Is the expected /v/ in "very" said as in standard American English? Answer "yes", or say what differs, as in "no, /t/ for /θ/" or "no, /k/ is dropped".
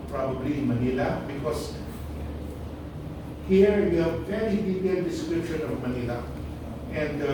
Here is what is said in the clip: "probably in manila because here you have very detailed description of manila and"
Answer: no, /f/ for /v/